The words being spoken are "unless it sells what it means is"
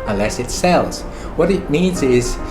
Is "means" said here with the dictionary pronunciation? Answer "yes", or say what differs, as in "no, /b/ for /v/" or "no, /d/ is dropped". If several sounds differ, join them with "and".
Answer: yes